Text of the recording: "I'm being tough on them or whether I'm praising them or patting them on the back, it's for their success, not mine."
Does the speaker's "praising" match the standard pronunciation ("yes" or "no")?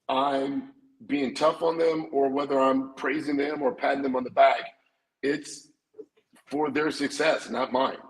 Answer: yes